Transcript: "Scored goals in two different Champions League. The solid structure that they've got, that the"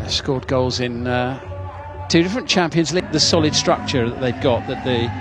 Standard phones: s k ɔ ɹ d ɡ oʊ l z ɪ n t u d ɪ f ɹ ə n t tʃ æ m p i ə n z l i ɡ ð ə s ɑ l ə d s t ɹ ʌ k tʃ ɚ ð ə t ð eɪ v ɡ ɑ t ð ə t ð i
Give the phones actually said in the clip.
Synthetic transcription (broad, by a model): s k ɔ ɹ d ɡ oʊ l z ɪ n t u d ɪ f ɹ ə n tʃ æ m p i ə n z l i ɡ ð ə s ɑ l ə d s t ɹ ʌ k tʃ ɚ ð ə t ð eɪ v ɡ ɑ t ð ə t ð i